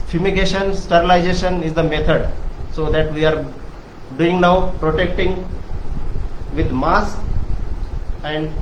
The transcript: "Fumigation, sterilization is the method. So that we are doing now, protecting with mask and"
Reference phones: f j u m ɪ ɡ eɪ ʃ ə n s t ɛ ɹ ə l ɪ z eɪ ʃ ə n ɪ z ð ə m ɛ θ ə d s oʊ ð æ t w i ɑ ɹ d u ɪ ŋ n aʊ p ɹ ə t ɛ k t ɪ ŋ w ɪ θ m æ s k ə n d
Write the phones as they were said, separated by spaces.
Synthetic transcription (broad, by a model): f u m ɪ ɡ eɪ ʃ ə n s t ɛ ɹ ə l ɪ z eɪ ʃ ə n ɪ z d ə m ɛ t ə d s oʊ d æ t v i ɑ ɹ d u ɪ ŋ n aʊ p ɹ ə t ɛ k t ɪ ŋ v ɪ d m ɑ s ə n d